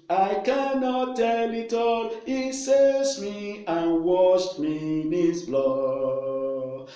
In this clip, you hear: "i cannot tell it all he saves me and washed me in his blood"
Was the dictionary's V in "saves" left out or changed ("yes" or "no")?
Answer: yes